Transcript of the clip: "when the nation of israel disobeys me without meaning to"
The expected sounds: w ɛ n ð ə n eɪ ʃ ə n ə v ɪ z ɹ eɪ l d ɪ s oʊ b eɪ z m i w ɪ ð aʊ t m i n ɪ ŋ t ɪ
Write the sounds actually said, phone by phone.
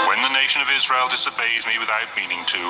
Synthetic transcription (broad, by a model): w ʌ n ð ə n eɪ ʃ ə n ə v ɪ z ɹ eɪ l d ɪ s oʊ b eɪ z m i w ɪ ð aʊ t m i n ɪ ŋ t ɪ